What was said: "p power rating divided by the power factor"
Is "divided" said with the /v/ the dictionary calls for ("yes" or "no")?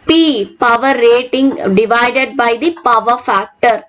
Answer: yes